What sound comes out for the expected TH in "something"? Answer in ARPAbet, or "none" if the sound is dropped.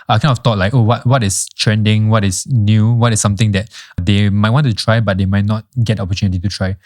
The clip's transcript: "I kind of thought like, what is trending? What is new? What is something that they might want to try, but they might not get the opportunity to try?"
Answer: T